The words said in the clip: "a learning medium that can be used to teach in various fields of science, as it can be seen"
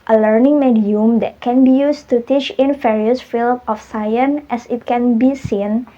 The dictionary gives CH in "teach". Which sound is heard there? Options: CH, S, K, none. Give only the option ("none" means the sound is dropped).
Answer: CH